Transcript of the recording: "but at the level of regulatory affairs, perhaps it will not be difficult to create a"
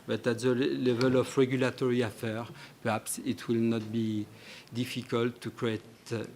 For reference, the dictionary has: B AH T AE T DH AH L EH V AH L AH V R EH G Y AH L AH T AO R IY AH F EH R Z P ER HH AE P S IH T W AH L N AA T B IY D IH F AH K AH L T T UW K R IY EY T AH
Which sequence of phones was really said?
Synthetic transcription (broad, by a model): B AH T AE T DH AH L EH V AH L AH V R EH G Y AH L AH T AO R IY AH F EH R P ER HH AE P S IH T W AH L N AA T B IY D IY F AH K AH L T T UW K R IY EY T